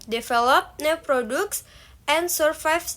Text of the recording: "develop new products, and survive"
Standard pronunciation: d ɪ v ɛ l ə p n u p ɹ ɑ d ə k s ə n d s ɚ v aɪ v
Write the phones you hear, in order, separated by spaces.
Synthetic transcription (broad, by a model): d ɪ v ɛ l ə p n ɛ p ɹ ɑ d ə k s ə n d s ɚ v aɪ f